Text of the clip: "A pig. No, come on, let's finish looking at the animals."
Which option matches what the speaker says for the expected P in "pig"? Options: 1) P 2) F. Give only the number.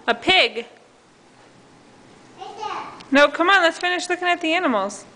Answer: 1